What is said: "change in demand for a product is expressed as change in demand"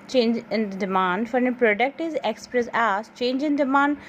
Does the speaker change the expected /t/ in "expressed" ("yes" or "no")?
yes